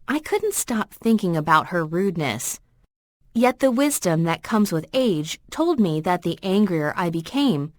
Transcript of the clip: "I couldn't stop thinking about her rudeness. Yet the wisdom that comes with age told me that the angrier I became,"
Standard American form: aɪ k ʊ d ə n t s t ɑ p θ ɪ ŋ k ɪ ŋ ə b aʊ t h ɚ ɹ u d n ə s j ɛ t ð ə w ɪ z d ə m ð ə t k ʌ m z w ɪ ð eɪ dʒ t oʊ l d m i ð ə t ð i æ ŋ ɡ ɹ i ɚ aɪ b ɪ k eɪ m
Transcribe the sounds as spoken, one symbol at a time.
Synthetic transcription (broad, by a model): aɪ k ʊ d n t s t ɑ p θ ɪ ŋ k ɪ ŋ ə b aʊ t h ɚ ɹ u d n ə s j ɛ t ð ə w ɪ z d ə m ð ə t k ʌ m z w ɪ ð eɪ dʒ t oʊ l d m i ð ə t ð i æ ŋ ɡ ɹ i ɚ aɪ b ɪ k eɪ m